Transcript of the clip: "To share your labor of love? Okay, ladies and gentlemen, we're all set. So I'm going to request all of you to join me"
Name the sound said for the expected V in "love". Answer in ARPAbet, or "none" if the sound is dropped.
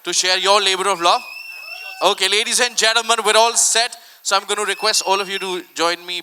none